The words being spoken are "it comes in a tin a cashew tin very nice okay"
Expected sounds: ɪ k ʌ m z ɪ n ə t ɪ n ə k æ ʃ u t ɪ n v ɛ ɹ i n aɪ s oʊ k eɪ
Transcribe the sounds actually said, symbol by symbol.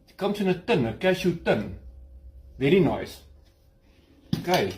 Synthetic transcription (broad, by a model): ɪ k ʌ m s ɪ n ə t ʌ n ə k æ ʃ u t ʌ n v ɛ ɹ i n aɪ s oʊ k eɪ